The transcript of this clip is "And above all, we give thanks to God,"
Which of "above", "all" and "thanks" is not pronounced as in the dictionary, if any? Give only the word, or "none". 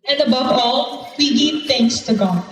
thanks